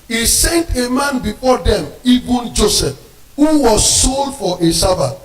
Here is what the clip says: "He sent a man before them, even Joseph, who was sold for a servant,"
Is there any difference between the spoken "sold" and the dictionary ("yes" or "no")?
no